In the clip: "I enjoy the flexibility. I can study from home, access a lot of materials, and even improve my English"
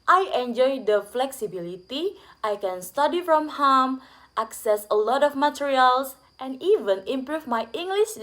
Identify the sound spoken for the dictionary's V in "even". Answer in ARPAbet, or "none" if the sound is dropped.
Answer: V